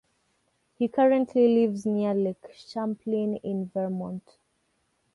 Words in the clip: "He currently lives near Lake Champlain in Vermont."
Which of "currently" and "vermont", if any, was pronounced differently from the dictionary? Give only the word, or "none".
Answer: none